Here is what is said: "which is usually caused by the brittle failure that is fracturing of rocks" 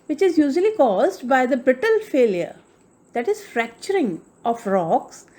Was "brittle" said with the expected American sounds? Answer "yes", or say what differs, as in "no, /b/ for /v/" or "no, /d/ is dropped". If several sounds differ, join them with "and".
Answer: yes